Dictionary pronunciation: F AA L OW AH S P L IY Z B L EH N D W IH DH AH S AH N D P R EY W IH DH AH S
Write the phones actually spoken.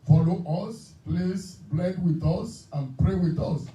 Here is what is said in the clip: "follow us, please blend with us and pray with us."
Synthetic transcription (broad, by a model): F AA L OW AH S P L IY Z B L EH D W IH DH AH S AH N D P R EY W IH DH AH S